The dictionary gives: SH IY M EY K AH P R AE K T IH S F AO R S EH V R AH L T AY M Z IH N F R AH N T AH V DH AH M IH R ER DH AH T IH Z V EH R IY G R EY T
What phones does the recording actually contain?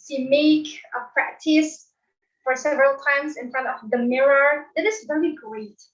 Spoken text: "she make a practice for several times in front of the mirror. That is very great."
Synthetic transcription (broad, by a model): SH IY M EY K AH P R AE K T IH S F AO R S EH V R AH L T AY M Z IH N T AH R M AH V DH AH M IH R ER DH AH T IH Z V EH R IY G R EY T